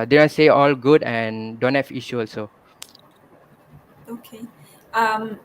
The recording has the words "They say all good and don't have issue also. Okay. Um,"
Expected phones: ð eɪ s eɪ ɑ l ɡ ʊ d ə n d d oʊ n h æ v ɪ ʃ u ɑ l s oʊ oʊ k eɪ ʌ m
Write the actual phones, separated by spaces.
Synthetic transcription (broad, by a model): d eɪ s eɪ ɑ l ɡ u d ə n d d oʊ n h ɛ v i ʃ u ɑ l s oʊ oʊ k eɪ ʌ m